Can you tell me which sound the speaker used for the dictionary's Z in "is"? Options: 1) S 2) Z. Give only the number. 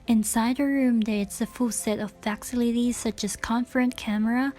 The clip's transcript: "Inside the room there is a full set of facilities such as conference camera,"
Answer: 1